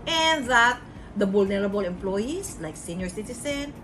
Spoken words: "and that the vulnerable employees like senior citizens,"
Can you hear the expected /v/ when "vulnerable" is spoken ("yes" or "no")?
no